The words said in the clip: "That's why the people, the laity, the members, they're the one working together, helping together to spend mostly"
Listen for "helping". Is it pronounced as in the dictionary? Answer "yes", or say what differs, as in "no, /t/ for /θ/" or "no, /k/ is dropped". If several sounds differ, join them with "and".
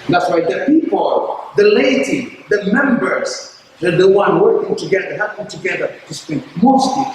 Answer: no, /l/ is dropped